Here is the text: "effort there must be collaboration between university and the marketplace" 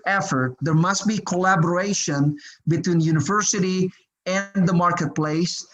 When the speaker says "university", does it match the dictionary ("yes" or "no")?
yes